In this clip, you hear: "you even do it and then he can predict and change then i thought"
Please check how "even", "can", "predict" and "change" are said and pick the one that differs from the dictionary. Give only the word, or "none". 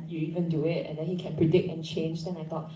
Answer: none